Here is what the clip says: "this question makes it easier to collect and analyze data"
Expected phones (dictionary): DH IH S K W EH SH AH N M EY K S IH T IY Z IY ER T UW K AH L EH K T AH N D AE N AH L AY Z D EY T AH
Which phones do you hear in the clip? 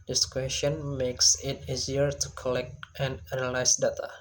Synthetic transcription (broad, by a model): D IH S K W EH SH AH N M EY K S IH T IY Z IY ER T UW K AH L EH K T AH N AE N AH L AY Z D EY T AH